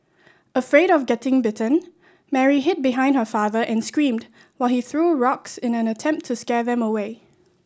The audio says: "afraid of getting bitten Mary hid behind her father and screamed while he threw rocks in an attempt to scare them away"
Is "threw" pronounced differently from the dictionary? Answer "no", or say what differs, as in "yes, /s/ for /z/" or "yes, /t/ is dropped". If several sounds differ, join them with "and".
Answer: no